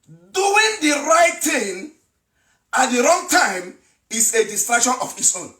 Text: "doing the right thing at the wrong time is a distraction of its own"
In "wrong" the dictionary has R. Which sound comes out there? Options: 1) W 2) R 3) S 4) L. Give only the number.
2